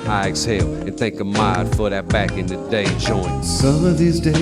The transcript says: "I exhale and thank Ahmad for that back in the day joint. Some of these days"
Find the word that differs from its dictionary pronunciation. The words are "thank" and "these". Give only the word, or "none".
none